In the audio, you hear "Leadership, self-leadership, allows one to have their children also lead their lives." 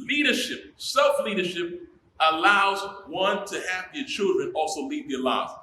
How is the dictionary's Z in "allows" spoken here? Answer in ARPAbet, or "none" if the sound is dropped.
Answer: Z